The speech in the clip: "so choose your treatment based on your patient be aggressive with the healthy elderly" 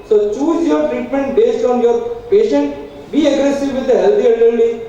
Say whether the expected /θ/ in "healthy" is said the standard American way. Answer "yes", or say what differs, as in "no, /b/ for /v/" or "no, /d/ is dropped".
no, /t/ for /θ/